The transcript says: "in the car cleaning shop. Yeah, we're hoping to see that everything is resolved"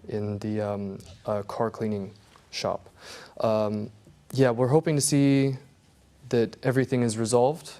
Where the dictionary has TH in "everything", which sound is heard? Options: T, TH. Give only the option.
TH